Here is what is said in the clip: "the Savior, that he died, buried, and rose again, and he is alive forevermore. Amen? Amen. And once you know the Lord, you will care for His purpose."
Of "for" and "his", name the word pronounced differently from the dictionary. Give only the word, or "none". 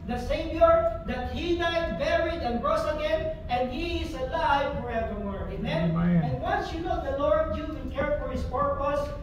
his